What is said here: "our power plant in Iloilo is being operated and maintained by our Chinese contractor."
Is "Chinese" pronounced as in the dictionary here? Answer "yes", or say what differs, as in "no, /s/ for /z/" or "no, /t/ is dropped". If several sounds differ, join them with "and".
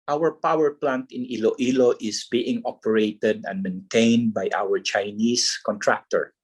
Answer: no, /s/ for /z/